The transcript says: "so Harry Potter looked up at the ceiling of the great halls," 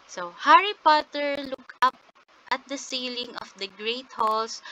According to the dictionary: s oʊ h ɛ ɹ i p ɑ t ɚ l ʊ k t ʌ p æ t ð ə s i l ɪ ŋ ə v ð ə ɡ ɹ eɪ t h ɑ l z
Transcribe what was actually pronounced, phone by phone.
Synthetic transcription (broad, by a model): s oʊ h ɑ ɹ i p ɑ t ɚ l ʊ k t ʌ p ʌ t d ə s i l ɪ ŋ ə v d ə ɡ ɹ eɪ t h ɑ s